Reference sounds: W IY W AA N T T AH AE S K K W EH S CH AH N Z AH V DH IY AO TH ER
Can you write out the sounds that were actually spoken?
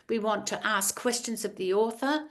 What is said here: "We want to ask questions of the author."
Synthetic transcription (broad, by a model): W IY W AA N T T AH S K K W EH S CH AH N Z AH V DH IY AO TH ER